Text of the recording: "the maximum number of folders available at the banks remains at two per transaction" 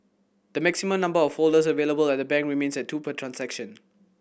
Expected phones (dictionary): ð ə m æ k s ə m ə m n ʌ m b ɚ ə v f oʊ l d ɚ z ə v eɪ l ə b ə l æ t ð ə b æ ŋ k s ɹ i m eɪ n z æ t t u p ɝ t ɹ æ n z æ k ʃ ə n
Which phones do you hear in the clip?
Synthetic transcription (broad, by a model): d ə m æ k s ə m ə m n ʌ m b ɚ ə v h oʊ l d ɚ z ə v eɪ l ə b ə l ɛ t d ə b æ ŋ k ɹ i m eɪ n s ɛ t t u p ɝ t ɹ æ n s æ k ʃ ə n